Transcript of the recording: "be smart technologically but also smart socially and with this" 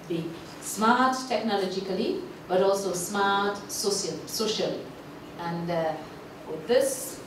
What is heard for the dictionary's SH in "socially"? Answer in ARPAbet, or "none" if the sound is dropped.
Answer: SH